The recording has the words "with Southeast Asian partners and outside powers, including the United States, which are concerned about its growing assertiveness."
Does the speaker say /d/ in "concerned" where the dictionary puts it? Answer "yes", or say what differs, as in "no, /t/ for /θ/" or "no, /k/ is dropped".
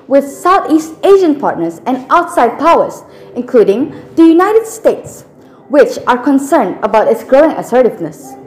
yes